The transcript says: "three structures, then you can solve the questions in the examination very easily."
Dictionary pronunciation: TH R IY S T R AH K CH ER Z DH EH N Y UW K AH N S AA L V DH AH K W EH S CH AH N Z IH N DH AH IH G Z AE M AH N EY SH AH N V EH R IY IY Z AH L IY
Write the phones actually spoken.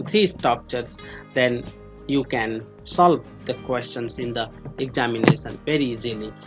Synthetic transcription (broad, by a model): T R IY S T AH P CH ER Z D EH N Y UW K AH N S AA L V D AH K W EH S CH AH N S IH N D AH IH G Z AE M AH N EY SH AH N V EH R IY IY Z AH L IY